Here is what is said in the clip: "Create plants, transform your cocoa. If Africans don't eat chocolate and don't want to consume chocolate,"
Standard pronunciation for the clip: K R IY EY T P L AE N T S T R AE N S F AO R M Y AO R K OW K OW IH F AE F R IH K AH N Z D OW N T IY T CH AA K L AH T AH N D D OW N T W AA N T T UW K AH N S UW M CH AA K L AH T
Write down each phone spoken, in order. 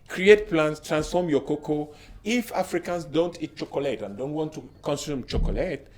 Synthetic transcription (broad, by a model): K R IY EY T P L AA N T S T R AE N S F AO M Y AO K OW K OW IH F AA F R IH K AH N S D OW N T IY T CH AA K L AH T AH N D D OW N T W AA N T T UW K AH N S UW M CH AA K L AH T